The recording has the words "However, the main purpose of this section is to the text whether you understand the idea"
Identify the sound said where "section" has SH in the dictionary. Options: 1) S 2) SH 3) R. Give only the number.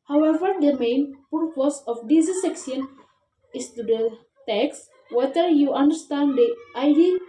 1